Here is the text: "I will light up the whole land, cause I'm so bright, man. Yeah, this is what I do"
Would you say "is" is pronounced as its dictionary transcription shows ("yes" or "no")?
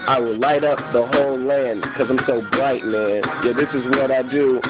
yes